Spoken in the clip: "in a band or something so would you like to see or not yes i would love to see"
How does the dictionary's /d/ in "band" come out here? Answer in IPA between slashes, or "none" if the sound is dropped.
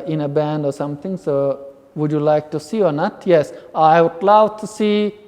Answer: /d/